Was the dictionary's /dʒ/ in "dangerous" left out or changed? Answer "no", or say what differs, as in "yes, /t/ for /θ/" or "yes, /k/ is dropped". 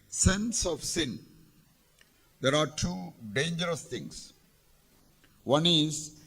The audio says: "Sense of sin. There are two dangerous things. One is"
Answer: no